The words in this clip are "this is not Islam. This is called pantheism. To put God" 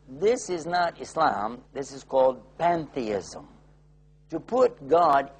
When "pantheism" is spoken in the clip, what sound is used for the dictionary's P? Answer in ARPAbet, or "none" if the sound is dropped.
P